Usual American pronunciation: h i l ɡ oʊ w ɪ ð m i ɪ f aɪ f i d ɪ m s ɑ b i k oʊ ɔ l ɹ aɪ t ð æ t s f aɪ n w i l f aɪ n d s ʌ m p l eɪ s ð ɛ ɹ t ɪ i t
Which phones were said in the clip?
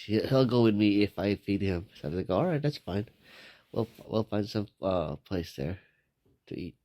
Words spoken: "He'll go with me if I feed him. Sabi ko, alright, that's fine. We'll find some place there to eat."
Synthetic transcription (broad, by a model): h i l ɡ oʊ w ɪ ð m i ɪ f aɪ f i d ɪ m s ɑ i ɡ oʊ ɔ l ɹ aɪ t ð æ t s f aɪ n w i l f aɪ n d s ʌ m p l eɪ s ð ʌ ɹ t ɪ i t